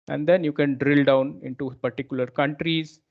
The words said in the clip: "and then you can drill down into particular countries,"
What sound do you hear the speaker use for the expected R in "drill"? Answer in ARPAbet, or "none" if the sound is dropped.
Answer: R